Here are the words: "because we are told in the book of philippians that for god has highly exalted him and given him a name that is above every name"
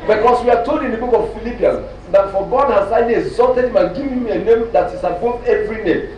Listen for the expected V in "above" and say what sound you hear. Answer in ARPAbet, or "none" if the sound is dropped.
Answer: none